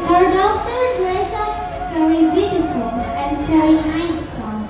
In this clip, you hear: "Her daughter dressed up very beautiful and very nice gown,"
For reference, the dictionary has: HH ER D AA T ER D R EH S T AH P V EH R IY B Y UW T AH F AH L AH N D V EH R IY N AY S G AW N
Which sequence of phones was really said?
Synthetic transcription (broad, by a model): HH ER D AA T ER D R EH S AH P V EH R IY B Y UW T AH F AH L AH N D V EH R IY N AY S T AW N